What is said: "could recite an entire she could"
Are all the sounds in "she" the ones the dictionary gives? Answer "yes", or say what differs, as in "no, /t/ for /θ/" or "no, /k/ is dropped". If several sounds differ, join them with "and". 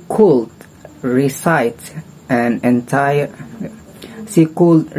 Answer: no, /s/ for /ʃ/